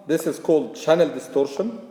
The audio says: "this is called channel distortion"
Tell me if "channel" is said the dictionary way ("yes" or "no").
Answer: yes